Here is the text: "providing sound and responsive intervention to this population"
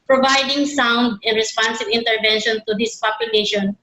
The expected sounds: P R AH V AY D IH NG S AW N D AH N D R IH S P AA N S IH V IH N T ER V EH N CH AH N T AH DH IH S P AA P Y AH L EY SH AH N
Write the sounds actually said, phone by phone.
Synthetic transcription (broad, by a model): P R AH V AY D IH NG S AW N D AH N D R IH S P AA N S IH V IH N T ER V EH N SH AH N T AH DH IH S P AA P Y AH L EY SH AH N